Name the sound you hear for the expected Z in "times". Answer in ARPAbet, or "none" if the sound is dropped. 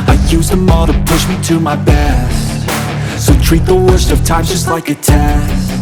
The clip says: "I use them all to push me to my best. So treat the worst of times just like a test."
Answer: none